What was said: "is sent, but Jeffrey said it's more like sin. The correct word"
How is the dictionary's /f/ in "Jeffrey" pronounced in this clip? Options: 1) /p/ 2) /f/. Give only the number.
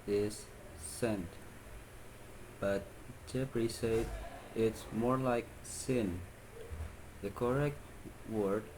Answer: 1